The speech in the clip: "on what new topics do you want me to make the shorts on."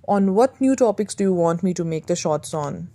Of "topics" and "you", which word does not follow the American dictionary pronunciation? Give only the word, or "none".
none